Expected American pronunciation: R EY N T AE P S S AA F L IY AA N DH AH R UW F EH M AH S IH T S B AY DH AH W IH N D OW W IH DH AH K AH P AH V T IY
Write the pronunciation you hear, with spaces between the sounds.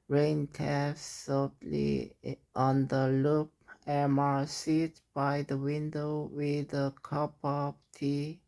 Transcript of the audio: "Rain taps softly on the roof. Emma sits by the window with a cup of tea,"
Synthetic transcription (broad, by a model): R EY N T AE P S S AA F L IY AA N DH AH L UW P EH M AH S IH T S B AY DH AH W IH N D OW W IH DH AH K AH P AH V T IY